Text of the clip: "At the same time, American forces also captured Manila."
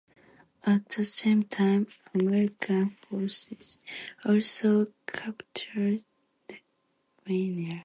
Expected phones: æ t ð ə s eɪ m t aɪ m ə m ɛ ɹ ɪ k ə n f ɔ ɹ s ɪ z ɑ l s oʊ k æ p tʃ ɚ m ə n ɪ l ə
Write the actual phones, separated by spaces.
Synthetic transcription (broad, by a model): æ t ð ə s eɪ m t aɪ m ə m ɛ ɹ ɪ k ə n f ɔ ɹ s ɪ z ɑ l s oʊ k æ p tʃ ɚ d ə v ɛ n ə